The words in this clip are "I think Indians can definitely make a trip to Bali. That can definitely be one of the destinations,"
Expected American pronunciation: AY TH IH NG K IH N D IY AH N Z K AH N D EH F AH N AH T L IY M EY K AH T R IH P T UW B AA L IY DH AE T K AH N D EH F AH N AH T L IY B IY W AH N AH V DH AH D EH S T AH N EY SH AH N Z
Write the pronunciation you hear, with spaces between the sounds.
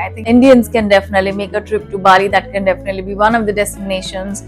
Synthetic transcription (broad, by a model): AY T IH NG IH N D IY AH N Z K AH N D EH F AH N AH T L IY M EY K AH T R IH P T UW B AA L IY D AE T K AH N D EH F AH N AH T L IY B IY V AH N AH V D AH D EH S T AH N EY SH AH N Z